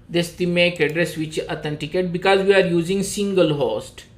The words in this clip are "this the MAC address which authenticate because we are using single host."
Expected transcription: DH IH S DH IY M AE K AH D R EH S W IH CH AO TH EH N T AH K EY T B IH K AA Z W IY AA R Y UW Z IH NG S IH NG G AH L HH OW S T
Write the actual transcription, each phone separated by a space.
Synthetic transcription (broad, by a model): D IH S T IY M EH K AH D R EH S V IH CH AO T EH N T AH K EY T B IH K AA Z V IY AA R Y UW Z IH NG S IH NG G AH L HH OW S T